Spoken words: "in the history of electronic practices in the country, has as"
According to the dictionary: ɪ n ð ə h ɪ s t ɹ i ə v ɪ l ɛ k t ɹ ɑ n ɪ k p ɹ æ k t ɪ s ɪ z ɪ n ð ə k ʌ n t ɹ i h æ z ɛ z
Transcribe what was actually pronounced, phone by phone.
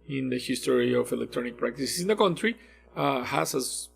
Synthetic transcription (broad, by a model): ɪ n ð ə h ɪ s t ɹ i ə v ɪ l ɛ k t ɹ ɑ n ɪ k p ɹ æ k t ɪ s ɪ s ɪ n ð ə k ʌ n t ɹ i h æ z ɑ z